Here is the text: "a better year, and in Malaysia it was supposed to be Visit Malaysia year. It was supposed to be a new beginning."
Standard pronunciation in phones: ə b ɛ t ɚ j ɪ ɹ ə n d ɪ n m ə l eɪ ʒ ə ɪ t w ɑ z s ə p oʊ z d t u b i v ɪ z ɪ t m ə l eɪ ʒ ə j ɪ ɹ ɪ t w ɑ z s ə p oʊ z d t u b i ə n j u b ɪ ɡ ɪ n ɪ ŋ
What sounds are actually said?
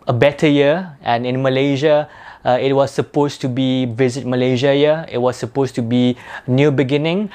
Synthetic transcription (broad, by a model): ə b ɛ t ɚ j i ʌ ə n ɪ n m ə l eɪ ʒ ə ɪ t w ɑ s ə p oʊ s t u b i v ɪ z ɪ t m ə l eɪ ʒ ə j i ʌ ɪ t w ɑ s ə p oʊ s t u b i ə n j u b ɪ ɡ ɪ n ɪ ŋ